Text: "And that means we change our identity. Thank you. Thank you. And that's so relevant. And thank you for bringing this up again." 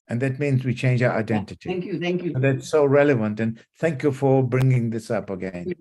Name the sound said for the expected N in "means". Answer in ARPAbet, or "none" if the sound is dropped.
N